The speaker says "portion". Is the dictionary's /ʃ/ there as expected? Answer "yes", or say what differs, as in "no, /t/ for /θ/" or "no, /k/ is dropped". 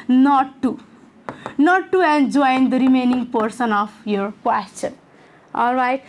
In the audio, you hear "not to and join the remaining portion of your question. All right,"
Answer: no, /s/ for /ʃ/